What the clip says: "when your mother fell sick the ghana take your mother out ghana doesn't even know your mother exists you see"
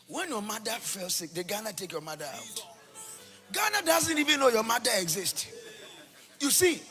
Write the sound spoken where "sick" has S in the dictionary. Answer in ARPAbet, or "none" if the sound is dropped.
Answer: S